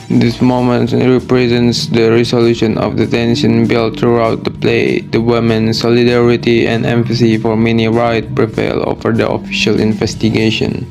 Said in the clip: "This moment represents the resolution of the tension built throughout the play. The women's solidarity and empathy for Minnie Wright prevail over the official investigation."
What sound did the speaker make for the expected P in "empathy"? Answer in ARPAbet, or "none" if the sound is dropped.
F